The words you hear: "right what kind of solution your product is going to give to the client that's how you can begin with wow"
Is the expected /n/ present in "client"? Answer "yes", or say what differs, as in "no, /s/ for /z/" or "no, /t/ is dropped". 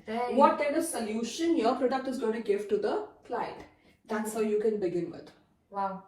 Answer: no, /n/ is dropped